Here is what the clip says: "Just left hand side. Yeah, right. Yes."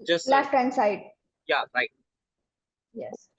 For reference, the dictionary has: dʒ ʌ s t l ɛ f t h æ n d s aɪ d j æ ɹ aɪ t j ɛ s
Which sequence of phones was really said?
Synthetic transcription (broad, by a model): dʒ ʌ s l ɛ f t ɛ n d s aɪ d j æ ɹ aɪ t j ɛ s